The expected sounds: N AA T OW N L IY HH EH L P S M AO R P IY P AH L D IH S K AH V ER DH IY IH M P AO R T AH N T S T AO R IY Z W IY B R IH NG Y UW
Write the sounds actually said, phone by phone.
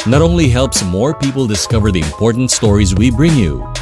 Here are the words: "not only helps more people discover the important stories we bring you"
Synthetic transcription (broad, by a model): N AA T OW N L IY HH EH L P S M AO R P IY P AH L D IH S K AH V ER DH IY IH M P AO R T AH N T S T AO R IY Z W IY B R IH NG Y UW